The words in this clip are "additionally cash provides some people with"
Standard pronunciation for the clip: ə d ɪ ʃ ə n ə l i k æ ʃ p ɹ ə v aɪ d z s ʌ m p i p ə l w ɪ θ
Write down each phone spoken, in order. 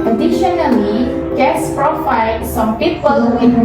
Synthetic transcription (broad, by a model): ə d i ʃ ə n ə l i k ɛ s p ɹ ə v aɪ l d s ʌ m p i p ə l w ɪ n